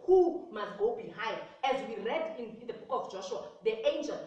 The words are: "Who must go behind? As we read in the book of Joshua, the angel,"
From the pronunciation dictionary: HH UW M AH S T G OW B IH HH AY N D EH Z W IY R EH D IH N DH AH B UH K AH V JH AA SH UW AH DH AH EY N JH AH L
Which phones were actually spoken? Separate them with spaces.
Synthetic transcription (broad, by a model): HH UW M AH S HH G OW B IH HH AY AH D EH Z W IY R EH D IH N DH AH B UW K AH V JH AA SH UW AH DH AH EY N JH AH L